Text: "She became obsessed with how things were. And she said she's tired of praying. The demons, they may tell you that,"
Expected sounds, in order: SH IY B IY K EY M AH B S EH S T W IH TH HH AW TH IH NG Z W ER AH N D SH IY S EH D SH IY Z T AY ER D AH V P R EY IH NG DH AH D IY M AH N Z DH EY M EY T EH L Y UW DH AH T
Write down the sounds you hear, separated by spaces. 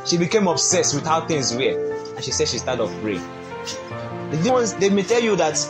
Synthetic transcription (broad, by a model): SH IY B IY K EY M AH B S EH S T W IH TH HH AW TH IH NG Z W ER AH N SH IY S EH D SH IY S T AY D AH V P R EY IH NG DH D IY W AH N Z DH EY M EY T EH L Y UW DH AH T